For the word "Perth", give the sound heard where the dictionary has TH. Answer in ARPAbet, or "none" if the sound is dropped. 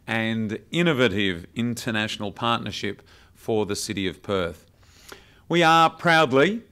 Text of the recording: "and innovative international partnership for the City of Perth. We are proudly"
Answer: TH